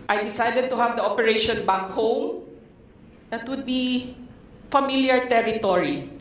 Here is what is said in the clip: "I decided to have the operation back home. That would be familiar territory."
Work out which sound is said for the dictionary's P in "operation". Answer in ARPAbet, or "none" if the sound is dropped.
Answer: P